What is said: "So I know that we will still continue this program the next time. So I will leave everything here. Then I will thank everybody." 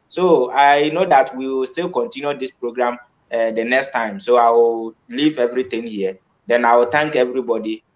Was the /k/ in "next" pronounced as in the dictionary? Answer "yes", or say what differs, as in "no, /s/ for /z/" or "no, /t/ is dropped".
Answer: yes